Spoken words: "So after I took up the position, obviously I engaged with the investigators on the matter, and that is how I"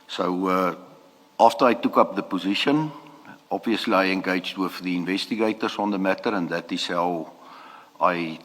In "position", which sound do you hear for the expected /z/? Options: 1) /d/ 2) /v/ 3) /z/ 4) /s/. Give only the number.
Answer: 3